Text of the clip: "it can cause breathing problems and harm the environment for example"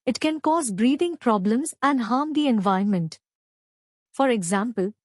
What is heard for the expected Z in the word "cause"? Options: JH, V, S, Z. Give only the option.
Z